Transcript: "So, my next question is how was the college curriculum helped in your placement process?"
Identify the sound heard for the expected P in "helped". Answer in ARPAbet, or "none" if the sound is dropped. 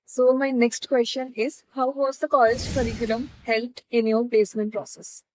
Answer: none